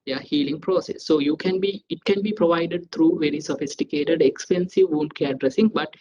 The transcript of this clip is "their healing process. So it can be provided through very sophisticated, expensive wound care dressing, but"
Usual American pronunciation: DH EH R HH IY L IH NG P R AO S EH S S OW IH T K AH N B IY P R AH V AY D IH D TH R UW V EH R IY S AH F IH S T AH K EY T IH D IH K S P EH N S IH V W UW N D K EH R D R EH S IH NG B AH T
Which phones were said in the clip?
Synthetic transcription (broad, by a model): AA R HH IY L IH NG P R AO S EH S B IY IH T K AH N B IY P R AH V AY D IH D T R UW V EH R IY S AH F IH S T AH K EY T IH D IH K S P EH N S IH V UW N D K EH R D R EH S IH NG B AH T